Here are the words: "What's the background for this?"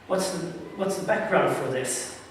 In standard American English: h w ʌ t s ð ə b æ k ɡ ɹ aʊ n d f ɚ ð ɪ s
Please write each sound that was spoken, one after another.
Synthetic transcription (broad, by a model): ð w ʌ t s ð ə b æ k ɡ ɹ aʊ n d f ɚ ð ɪ s